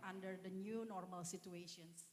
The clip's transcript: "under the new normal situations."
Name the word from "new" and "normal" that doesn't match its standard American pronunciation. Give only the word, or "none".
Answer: none